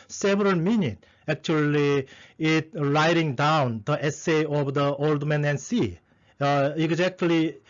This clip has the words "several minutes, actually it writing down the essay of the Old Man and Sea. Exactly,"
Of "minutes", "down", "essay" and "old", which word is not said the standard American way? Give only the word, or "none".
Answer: minutes